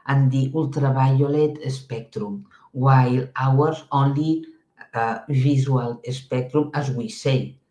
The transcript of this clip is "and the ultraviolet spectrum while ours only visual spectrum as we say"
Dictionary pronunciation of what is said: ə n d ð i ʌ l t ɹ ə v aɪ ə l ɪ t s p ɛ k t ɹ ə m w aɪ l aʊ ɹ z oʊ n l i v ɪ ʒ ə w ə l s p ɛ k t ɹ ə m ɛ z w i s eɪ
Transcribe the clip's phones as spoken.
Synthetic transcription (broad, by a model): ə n d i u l t ɹ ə b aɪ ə l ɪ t s p ɛ k t ɹ ə m w aɪ l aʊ ɹ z oʊ n l i b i z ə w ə l s p ɛ k t ɹ ə m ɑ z w i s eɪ